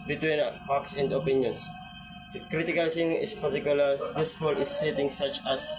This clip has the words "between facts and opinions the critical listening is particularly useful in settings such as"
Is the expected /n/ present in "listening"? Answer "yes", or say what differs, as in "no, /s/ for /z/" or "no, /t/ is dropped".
no, /n/ is dropped